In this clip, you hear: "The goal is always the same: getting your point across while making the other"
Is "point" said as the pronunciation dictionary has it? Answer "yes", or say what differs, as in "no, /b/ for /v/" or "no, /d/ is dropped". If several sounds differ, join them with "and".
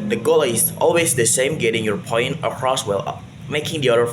yes